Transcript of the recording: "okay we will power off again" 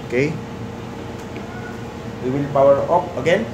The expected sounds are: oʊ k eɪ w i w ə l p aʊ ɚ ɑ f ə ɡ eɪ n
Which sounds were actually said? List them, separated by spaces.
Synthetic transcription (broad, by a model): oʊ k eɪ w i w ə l p aʊ ɚ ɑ p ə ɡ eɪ n